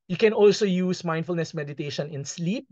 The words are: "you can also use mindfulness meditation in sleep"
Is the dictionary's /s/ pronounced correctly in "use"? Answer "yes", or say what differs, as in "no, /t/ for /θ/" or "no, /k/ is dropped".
yes